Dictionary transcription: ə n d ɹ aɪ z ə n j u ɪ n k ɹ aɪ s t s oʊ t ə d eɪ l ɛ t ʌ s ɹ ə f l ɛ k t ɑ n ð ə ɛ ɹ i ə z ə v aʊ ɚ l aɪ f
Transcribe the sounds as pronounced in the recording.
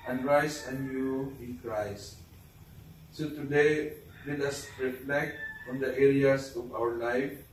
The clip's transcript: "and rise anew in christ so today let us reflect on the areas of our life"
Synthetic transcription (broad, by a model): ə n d ɹ aɪ s ə n j u ɪ n k ɹ aɪ s t s oʊ t ə d eɪ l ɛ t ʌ s ɹ ə f l ɛ k t ɑ n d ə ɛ ɹ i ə s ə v aʊ ɚ l aɪ f